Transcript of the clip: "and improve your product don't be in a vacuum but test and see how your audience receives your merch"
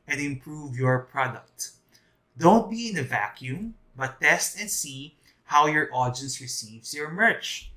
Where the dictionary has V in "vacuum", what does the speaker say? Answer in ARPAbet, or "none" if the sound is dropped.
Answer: V